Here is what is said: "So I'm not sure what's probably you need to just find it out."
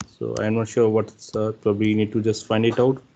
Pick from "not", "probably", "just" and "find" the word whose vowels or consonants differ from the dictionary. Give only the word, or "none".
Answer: none